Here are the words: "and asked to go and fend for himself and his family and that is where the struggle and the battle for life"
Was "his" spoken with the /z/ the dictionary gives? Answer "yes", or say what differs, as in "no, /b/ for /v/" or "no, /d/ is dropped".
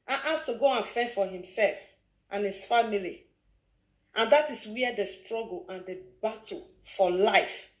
no, /s/ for /z/